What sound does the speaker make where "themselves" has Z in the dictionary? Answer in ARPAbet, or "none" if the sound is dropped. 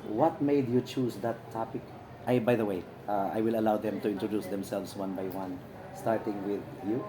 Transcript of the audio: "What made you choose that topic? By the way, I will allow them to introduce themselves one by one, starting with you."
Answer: S